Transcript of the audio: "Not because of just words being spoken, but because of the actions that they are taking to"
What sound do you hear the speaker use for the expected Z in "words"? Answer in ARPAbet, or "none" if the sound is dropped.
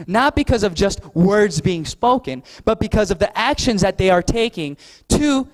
Z